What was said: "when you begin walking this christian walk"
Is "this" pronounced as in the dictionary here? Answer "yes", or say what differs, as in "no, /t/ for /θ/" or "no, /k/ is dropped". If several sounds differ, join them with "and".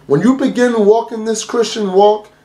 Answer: yes